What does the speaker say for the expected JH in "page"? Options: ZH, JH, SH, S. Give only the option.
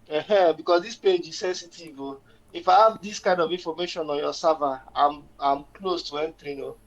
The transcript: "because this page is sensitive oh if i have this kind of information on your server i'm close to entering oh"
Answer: JH